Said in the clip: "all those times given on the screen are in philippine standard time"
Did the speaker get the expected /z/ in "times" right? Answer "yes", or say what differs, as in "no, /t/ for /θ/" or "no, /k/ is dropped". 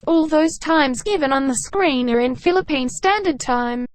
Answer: yes